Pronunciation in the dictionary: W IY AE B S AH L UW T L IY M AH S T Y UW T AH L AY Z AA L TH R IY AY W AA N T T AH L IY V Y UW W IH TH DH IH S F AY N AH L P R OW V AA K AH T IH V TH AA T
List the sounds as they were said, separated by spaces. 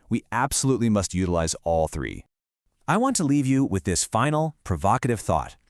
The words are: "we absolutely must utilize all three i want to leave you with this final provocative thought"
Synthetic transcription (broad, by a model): W IY AE B S AH L UW T L IY M AH S T Y UW T AH L AY Z AA L TH R IY AY W AA N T T AH L IY V Y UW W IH DH IH S F AY N L P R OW V AA K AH T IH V TH AA T